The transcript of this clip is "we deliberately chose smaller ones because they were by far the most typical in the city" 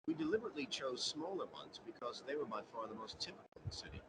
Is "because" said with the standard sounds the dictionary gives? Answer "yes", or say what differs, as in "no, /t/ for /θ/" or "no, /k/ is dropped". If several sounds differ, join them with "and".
yes